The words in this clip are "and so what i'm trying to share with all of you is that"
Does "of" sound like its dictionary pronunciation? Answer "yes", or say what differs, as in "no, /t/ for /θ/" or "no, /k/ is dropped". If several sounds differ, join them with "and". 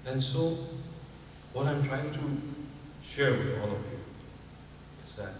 yes